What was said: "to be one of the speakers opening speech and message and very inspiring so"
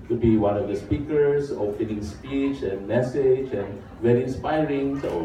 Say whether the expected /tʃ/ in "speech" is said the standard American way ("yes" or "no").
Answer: yes